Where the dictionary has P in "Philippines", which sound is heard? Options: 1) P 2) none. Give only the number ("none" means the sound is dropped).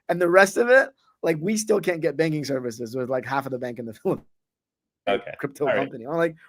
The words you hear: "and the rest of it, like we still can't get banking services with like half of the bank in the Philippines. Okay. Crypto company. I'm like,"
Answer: 2